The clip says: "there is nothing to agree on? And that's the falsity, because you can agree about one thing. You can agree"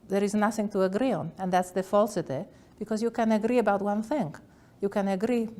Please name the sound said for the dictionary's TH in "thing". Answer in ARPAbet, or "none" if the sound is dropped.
TH